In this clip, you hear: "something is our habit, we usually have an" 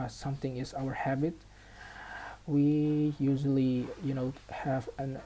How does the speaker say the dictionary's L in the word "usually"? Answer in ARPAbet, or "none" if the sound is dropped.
N